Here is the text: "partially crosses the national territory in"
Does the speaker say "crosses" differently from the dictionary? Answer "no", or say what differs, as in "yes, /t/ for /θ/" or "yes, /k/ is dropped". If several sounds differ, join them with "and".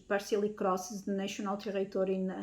no